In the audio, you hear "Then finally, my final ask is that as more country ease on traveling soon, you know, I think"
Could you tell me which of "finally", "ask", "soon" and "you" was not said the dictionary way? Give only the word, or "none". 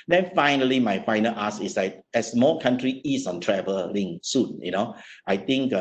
ask